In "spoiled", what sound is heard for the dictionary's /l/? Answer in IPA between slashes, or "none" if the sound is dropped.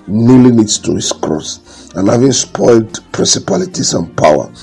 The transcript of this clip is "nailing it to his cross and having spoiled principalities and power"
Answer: /l/